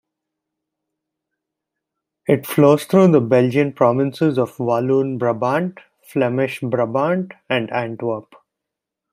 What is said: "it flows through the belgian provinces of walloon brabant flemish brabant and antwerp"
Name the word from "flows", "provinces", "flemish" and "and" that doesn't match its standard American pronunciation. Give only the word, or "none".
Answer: none